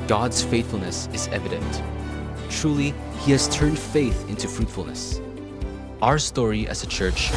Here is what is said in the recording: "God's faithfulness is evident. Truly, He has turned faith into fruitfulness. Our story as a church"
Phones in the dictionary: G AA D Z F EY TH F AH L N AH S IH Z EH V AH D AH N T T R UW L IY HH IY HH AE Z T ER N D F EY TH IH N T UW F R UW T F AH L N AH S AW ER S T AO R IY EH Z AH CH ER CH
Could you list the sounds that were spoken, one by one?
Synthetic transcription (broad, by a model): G AA D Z F EY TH F L N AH S IH Z EH V AH D AH N T T R UW L IY HH IY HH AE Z T ER N D F EY TH IH N T UW F R UW T F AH L N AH S AW ER S T AO R IY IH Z AH CH ER CH